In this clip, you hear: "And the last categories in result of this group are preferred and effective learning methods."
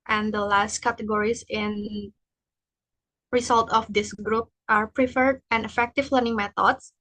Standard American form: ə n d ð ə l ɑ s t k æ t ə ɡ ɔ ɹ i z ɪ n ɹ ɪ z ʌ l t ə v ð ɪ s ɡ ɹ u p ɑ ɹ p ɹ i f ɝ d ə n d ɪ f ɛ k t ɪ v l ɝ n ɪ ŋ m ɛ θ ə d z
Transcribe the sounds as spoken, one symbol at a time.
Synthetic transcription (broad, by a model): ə n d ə l ɑ s t k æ t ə ɡ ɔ ɹ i s ɪ n ɹ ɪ s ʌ l t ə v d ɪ s ɡ ɹ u p ɑ ɹ p ɹ i f ɝ d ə n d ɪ f ɛ k t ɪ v l ɝ n ɪ ŋ m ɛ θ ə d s